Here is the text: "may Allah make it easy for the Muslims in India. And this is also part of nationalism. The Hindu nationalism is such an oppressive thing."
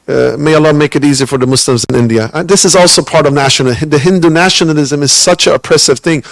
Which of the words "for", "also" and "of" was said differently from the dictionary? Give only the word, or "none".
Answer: none